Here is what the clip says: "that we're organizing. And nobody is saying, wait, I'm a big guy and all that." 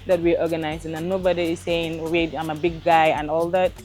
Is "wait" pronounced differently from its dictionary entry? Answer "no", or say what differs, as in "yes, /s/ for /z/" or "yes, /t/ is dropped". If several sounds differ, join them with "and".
yes, /t/ is dropped